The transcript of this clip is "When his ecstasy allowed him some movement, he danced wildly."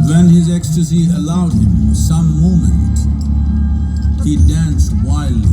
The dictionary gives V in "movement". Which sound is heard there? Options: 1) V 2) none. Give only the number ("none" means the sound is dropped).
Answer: 2